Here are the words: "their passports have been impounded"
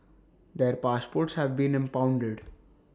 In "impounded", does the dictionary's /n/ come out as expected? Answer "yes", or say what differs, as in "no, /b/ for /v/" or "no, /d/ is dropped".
yes